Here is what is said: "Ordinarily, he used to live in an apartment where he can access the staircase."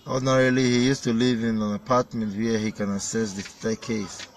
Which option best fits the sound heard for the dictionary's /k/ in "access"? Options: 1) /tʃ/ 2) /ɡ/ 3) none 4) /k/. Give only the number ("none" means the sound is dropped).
3